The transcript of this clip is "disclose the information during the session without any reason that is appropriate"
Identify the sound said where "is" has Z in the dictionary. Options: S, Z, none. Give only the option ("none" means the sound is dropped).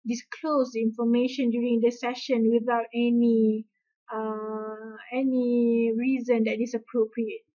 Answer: S